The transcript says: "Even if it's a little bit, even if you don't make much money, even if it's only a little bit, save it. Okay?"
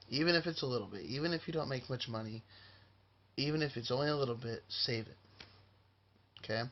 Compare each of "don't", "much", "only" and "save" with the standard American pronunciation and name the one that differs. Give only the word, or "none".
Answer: none